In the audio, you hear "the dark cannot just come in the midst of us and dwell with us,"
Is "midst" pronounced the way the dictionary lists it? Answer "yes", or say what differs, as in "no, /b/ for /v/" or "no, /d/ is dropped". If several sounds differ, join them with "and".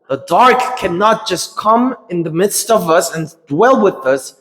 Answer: yes